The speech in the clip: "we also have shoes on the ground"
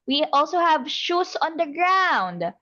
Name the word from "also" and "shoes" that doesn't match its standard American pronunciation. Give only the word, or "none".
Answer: shoes